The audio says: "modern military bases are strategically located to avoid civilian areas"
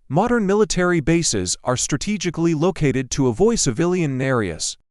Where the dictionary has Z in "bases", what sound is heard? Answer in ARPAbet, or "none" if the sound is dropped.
Z